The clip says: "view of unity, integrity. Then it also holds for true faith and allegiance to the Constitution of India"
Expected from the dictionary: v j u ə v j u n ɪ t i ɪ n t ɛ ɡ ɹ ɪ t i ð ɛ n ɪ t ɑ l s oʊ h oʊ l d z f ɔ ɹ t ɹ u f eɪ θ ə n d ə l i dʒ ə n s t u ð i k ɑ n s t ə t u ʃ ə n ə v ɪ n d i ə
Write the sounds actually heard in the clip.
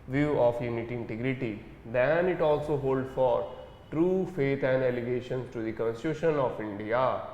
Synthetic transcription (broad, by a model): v j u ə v j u n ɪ t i ɪ n t ɛ ɡ ɹ ɪ t i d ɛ n ɪ t ɑ l s oʊ h oʊ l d f ɔ ɹ t ɹ u f eɪ t ə n d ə l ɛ ʃ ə n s t u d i k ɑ n s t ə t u ʃ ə n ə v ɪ n d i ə